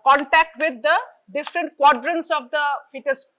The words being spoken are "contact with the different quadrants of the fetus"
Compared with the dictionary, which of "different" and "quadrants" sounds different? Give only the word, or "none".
none